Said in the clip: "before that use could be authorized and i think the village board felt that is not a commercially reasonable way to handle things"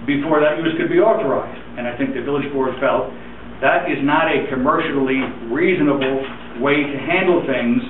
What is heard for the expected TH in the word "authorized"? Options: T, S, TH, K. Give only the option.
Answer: TH